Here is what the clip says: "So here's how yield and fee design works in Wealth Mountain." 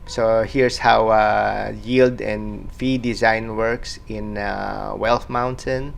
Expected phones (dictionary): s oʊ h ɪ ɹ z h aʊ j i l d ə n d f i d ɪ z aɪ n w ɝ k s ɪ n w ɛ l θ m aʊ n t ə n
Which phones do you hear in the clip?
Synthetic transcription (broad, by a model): s oʊ h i ɹ s h aʊ j i l d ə n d f i d ɪ z aɪ n w ɝ k s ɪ n w ɛ l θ m aʊ n t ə n